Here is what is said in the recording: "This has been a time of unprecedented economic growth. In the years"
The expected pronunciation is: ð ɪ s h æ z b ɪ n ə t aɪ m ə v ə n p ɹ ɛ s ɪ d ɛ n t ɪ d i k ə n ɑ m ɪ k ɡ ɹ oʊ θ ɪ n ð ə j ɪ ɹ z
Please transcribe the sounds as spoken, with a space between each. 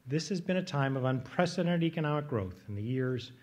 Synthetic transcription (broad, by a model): ð ɪ s h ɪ z b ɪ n ə t aɪ m ə v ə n p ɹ ɛ s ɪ d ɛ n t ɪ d i k ə n ɑ m ɪ k ɡ ɹ oʊ θ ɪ n ð ə j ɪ ɹ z